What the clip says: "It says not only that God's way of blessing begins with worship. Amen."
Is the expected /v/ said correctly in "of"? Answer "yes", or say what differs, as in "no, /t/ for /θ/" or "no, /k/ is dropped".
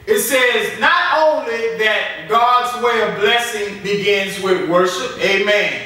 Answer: yes